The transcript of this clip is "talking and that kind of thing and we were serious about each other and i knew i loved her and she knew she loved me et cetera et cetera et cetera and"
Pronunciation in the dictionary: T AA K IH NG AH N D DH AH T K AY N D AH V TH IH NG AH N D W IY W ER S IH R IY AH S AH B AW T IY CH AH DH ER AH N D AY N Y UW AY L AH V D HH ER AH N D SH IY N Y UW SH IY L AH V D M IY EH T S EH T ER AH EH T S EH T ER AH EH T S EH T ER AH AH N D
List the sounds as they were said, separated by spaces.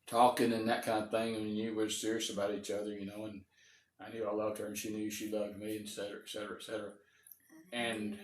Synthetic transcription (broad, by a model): T AA K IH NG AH N DH AH T K AY N D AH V TH IH NG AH N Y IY W ER S IH R IY AH S AH B AW T IY CH AH DH ER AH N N AY N Y UW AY L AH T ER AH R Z SH IY N Y UW SH IY L AH V D M IY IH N S EH T ER AH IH T S EH T ER AH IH T S EH T ER AH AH N